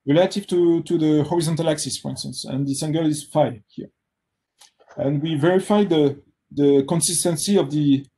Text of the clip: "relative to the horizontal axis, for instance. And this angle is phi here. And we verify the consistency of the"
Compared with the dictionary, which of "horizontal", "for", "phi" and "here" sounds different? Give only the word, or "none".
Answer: none